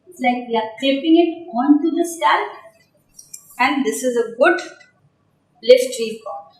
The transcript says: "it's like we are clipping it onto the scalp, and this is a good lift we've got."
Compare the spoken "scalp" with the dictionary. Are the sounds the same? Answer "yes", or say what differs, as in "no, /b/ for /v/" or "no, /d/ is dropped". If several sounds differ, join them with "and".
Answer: no, /k/ is dropped